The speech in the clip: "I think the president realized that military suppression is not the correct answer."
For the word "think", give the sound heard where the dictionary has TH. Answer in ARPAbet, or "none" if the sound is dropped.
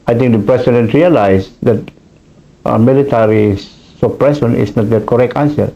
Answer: T